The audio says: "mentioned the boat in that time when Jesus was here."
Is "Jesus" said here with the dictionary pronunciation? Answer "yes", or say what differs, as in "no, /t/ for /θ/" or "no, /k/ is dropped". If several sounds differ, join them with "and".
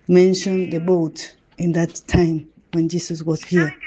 no, /s/ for /z/